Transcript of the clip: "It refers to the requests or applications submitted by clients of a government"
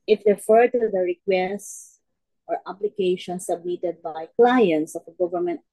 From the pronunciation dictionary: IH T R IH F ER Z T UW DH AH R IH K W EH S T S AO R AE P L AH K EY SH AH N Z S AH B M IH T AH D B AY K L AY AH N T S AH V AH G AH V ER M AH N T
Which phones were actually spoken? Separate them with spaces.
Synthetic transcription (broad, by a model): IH T R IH F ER T UW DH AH R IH K W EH S T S AO R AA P L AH K EY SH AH N S AH B M IH T AH D B AY K L AY AH N T S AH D AH G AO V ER M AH N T